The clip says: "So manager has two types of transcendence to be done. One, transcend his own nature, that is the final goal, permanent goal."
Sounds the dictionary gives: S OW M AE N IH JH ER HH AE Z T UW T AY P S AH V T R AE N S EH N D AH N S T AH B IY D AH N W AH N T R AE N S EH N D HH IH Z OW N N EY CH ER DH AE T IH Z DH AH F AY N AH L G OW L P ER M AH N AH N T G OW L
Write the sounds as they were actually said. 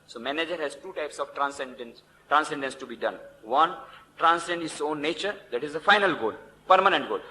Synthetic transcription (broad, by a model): S OW M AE N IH JH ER HH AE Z T UW T AY P S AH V T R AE N S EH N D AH N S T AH B IY D AH N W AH N T R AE N S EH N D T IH S OW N N EY CH ER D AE T IH Z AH F AY N AH L G OW L P ER M AH N AH N T G OW L